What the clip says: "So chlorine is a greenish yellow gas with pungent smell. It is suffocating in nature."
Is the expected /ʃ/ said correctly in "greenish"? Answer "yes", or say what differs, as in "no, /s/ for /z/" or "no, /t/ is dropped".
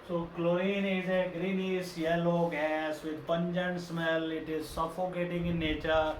no, /s/ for /ʃ/